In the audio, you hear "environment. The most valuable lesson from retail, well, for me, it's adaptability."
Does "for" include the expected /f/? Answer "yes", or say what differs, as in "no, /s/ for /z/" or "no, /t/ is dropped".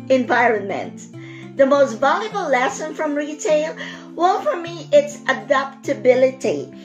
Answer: yes